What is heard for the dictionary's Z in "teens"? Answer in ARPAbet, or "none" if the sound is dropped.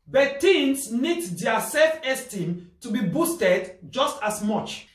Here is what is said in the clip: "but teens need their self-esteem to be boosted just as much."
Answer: S